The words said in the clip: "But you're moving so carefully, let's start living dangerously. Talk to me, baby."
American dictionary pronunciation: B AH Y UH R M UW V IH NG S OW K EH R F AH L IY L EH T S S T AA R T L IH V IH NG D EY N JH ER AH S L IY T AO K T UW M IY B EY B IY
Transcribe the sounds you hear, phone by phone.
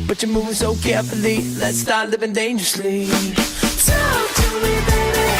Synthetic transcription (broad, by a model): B AH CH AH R M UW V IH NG S OW K EH R F AH L IY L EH T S S T AA R T L IH V IH NG D EY N JH ER AH S L IY S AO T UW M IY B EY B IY